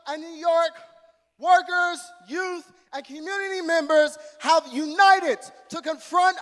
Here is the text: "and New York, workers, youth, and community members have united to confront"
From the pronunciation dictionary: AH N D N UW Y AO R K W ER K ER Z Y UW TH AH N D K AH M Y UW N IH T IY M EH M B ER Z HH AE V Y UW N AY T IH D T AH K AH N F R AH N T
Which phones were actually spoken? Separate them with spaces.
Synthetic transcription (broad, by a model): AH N N UW Y AO R K W ER K ER Z Y UW TH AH N K AH M Y UW N IH T IY M EH M B ER Z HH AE V Y UW N AY T IH D T AH K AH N F R AH N T